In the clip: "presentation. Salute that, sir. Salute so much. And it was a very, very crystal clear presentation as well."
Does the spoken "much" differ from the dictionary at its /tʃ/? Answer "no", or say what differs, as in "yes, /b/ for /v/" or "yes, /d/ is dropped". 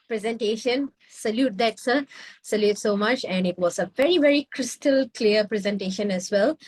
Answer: no